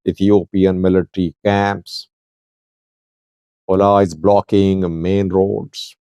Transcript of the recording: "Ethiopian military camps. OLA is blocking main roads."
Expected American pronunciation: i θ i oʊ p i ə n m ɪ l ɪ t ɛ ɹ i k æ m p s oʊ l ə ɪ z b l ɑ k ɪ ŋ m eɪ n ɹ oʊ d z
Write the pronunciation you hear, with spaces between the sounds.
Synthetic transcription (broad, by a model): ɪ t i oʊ p i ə n m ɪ l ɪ t ɹ i k æ m p s oʊ l ə ɪ z b l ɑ k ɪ ŋ m eɪ n ɹ oʊ d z